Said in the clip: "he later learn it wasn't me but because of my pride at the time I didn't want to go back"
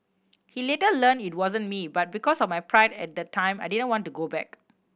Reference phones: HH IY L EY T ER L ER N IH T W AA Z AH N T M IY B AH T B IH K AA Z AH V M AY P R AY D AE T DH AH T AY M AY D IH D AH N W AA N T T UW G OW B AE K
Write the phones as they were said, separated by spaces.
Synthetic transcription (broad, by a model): HH IY L EY T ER L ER N IH T W AA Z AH N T M IY B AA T B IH K AA S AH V M AY P R AY D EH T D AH T AY M AY D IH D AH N W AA N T T UW G OW B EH K